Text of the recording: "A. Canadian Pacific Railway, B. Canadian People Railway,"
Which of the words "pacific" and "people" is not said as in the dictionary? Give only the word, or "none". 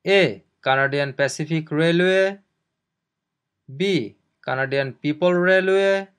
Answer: pacific